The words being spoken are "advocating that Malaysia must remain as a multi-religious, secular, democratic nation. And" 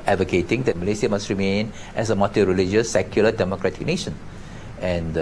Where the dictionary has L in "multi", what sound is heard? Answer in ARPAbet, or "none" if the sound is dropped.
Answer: none